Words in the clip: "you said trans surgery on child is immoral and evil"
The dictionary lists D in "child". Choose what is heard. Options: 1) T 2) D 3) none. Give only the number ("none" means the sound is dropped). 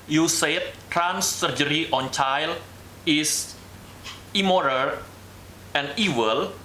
3